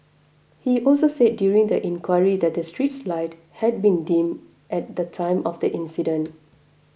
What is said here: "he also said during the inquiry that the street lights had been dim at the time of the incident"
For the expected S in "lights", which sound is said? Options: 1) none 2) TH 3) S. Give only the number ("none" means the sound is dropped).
1